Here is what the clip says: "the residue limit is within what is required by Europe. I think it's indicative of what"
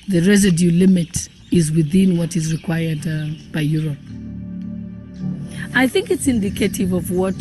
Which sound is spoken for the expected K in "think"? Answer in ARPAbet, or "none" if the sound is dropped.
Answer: K